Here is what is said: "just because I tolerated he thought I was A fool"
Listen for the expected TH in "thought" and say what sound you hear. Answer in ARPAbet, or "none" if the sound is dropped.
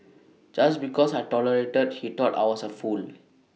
T